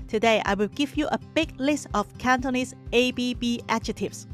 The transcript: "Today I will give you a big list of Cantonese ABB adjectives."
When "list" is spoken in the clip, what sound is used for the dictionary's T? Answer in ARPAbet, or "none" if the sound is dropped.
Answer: T